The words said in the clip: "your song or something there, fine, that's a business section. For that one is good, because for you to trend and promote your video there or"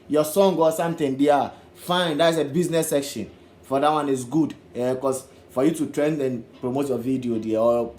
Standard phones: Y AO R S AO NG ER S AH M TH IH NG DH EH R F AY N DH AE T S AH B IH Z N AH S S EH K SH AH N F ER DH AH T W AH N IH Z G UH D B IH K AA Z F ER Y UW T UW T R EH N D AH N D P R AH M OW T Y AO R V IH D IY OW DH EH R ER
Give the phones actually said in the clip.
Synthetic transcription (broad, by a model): Y AO S AO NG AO S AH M T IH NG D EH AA F AY N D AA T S AH B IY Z N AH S S EH K SH AH N F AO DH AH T W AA N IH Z G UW D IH K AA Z F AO Y UW T UW T R EH N D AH N P R AH M OW T Y AO V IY D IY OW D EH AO